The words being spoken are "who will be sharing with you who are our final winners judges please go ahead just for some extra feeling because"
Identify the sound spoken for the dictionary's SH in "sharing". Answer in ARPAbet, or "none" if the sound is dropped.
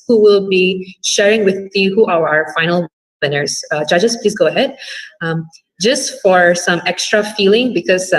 SH